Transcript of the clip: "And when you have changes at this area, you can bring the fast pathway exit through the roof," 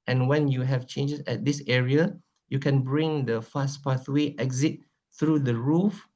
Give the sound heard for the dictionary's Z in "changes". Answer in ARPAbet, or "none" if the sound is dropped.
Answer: S